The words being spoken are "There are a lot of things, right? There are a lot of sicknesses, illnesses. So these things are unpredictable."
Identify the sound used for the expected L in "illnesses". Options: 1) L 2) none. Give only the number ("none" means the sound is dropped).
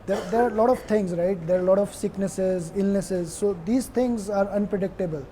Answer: 1